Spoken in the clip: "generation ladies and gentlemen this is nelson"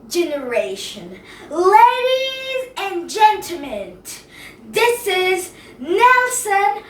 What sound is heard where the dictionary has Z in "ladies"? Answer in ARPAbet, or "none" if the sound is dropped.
Z